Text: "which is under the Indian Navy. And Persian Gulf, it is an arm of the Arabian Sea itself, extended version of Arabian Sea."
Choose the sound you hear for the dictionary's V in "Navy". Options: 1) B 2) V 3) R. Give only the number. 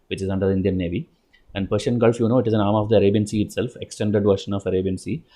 2